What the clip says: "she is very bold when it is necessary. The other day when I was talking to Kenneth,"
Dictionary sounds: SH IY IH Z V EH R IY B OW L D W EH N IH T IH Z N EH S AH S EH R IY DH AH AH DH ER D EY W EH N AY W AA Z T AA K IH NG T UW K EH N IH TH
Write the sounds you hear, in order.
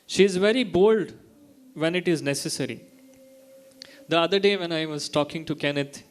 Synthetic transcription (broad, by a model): SH IY IH Z V EH R IY B OW L D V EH N IH T IH Z N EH S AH S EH R IY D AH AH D ER D EY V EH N AY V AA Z T AA K IH NG T UW K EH N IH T